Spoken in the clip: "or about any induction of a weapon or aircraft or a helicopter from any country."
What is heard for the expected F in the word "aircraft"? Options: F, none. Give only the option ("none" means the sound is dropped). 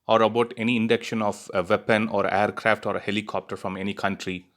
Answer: F